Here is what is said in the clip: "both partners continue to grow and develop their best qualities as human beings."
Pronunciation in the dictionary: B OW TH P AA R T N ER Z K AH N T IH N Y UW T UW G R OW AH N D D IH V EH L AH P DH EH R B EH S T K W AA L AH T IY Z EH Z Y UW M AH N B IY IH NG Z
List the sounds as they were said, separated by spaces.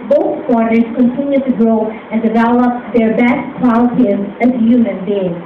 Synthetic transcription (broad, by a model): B OW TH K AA R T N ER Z K AH N T IH N Y UW T UW G R OW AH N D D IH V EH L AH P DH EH R B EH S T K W AA AH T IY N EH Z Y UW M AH N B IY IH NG